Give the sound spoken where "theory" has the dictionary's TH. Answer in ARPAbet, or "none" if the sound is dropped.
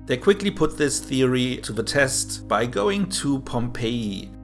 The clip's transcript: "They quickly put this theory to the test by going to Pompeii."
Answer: TH